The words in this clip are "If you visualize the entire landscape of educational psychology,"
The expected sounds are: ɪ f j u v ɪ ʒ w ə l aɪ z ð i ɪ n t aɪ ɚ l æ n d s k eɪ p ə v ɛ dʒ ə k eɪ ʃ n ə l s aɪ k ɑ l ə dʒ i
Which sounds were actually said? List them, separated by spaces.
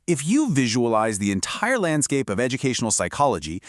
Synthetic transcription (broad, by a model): ɪ f j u v ɪ ʒ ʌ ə l aɪ z ð i ɪ n t aɪ ɚ l æ n d s k eɪ p ə v ɛ dʒ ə k eɪ ʃ n l s aɪ k ɑ l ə dʒ i